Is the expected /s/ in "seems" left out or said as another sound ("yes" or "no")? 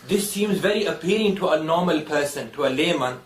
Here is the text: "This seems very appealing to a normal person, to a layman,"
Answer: no